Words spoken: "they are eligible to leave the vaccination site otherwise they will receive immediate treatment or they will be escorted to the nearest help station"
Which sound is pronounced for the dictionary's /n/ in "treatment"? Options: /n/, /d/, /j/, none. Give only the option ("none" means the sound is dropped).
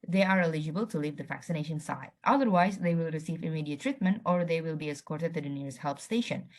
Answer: /n/